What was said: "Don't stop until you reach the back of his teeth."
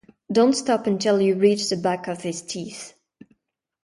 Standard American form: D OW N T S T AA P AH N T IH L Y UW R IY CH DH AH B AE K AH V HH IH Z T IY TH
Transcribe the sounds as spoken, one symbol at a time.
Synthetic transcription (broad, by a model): D OW N T S T AA P AH N T IH L Y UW R IY CH DH AH B AE K AH V HH IH Z T IY TH